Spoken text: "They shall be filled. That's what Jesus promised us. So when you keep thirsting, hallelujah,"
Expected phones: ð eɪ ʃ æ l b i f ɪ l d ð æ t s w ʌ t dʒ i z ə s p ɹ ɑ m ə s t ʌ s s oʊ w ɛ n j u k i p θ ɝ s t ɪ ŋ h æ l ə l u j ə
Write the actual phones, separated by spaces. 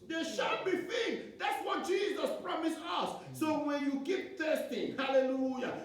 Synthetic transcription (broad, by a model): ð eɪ ʃ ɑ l b i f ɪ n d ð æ t s w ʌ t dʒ i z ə s p ɹ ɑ m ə s ʌ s s oʊ w ɛ n j u k i p t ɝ s t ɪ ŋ h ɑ l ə l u j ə